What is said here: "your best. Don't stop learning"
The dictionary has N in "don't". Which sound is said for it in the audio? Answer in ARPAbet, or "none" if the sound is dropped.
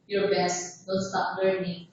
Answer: L